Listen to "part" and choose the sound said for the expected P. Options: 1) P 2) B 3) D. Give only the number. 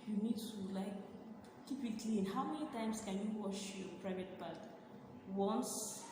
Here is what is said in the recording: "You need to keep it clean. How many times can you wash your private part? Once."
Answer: 2